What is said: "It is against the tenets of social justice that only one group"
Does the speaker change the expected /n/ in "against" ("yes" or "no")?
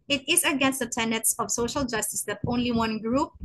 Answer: no